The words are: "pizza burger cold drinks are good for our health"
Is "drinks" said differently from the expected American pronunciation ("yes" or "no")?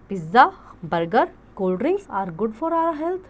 yes